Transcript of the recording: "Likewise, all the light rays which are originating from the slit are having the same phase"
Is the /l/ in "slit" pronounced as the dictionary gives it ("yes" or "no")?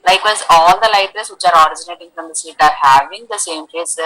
no